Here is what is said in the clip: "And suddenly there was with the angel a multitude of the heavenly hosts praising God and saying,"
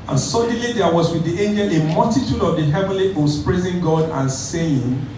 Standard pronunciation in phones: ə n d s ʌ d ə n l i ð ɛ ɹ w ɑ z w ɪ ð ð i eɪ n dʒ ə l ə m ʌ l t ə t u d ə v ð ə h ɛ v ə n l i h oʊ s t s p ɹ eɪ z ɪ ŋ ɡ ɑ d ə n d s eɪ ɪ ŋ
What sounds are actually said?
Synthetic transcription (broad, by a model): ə n s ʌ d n l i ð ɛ w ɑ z w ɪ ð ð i eɪ n dʒ ə l ə m ʌ l t ə t u d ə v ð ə h ɛ v ə n l i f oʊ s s p ɹ eɪ z ɪ ŋ ɡ ɑ d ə n s eɪ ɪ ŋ